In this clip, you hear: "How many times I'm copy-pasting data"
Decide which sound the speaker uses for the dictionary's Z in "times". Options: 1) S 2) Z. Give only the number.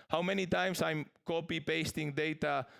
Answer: 1